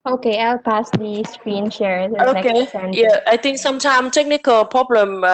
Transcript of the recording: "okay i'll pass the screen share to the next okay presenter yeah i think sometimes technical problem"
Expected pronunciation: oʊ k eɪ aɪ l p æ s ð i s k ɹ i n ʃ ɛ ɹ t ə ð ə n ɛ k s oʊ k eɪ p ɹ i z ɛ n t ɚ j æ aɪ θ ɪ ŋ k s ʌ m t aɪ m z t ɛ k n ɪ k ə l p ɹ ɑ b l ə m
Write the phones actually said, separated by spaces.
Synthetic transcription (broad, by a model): oʊ k eɪ aɪ l p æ s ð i s k ɹ i n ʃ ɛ ɹ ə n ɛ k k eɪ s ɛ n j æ aɪ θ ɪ ŋ k s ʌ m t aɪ m t ɛ k n ɪ k ə l p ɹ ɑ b l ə m